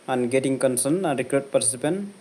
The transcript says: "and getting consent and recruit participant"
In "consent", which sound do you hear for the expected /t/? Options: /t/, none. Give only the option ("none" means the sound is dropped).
none